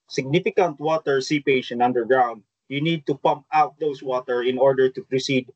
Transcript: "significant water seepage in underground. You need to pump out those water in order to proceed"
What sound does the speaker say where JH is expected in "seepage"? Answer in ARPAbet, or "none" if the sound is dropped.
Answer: SH